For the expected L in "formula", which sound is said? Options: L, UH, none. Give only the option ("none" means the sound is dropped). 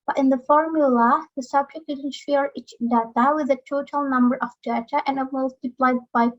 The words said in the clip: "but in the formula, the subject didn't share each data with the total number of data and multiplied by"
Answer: L